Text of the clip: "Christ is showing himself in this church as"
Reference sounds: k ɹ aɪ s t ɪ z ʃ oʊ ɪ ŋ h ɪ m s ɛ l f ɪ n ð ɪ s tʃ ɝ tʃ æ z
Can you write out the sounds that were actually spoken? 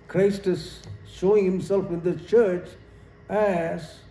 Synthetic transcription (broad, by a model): k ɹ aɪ s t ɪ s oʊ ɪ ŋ h ɪ m s ɛ l f ɪ n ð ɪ tʃ ɝ tʃ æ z